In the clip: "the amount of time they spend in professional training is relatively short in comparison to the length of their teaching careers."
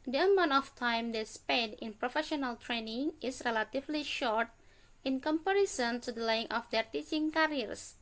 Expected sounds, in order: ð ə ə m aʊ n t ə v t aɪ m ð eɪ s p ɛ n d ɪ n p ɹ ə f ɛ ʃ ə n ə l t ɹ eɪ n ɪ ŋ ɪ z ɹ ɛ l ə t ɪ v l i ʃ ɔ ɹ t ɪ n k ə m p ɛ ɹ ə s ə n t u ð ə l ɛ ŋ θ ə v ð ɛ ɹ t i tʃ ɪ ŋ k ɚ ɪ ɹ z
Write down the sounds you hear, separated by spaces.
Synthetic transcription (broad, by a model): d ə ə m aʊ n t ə f t aɪ m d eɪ s p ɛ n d ɪ n p ɹ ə f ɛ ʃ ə n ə l t ɹ eɪ n ɪ ŋ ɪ s ɹ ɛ l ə t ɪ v l i ʃ ɔ ɹ t ɪ n k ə m p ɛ ɹ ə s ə n t u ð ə l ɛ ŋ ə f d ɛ ɹ t i tʃ ɪ ŋ k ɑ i ɹ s